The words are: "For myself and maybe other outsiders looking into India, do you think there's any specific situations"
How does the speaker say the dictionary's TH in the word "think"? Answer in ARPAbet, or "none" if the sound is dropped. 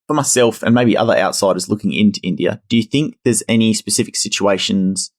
TH